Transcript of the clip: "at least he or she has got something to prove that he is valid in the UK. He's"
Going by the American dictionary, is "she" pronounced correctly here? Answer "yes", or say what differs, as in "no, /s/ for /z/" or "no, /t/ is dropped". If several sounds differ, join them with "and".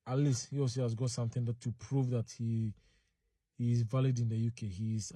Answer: no, /s/ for /ʃ/